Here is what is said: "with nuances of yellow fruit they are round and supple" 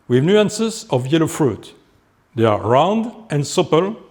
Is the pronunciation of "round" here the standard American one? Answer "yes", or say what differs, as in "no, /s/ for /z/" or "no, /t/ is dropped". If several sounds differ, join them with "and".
yes